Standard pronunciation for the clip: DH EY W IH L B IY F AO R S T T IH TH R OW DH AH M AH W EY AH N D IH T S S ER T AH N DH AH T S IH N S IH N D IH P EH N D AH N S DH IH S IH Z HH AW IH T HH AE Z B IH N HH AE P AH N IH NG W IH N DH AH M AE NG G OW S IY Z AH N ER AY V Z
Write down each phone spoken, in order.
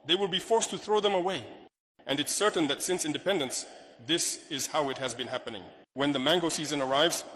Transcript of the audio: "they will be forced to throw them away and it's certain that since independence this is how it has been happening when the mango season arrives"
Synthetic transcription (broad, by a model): DH EY W IH L B IY F AO R S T T IH TH R OW DH AH M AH W EY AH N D IH T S S ER T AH N DH AH T S IH N S IH N D IH P EH N D AH N S DH IH S IH Z HH AW IH T HH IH Z B IH N HH AE P AH N IH NG W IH N DH AH M AE NG G OW S IY Z AH N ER AY V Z